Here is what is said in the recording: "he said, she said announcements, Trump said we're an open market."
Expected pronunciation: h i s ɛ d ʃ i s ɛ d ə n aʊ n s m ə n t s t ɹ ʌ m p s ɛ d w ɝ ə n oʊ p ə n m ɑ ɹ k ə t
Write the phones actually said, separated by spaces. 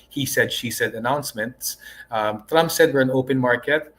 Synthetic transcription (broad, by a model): h i s ɛ d ʃ i s ɛ d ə n aʊ n s m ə n t s t ɹ ʌ m p s ɛ d w ɝ ə n oʊ p ə n m ɑ ɹ k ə t